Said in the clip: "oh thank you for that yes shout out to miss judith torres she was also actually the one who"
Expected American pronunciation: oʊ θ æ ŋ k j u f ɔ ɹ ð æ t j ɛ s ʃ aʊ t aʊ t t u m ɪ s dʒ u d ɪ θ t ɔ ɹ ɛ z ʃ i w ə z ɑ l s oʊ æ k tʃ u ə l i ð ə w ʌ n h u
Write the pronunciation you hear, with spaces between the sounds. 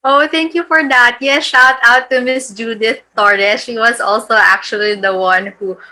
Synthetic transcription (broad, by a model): oʊ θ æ ŋ k j u f ɔ ɹ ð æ t j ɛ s ʃ aʊ t aʊ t t u m ɪ s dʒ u d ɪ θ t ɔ ɹ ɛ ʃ i w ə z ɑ l s oʊ æ k tʃ u ə l i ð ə w ʌ n h u